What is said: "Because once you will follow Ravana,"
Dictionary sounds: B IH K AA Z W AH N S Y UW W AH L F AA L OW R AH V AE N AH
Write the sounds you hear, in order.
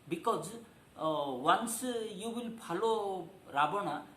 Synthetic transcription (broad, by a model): B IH K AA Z W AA N S Y UW W AH L P AA L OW R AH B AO N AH